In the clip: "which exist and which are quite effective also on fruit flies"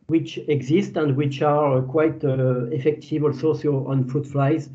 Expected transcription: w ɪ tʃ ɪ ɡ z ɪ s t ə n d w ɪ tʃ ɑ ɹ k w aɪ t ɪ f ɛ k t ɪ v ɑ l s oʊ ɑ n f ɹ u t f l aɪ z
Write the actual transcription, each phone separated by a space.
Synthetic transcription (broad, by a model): w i tʃ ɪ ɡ z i s t ə n d w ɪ tʃ ɑ ɹ k w aɪ t ɪ f ɛ k t ɪ v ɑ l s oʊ ɑ n f u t f l aɪ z